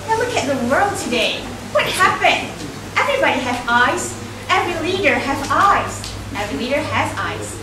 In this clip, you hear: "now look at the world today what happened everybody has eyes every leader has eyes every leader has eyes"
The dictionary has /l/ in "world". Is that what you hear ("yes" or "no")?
yes